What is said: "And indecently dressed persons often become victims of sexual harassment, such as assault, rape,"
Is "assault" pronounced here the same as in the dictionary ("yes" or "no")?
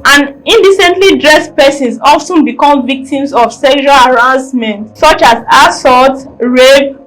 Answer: no